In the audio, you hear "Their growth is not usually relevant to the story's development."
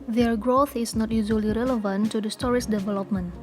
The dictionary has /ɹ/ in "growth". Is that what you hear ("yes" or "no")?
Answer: yes